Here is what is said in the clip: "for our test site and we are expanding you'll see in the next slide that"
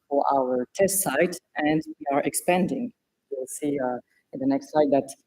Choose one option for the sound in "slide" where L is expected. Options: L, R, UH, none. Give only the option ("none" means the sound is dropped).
none